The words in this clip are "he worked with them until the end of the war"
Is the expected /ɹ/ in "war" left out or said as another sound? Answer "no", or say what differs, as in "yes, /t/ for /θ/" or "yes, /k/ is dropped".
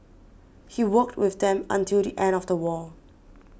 yes, /l/ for /ɹ/